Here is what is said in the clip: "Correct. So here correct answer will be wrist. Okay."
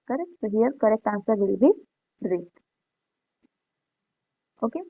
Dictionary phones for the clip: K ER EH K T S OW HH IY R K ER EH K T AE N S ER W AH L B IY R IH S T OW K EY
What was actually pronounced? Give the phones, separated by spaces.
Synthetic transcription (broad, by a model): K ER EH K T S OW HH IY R K ER EH K T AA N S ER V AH L B IY R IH T OW K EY